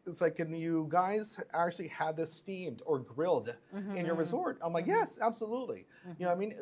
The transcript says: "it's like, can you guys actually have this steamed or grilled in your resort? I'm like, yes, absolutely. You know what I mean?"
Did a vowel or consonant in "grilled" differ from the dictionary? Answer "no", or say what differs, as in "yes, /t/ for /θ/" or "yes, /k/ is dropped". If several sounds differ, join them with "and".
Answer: no